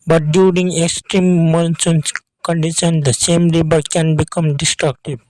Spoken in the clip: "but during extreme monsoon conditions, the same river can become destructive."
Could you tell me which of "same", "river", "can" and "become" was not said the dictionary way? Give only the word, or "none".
river